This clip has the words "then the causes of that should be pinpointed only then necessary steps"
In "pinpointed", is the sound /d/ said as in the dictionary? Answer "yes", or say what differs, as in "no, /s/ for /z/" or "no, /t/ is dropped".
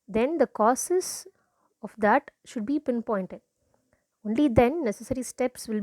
yes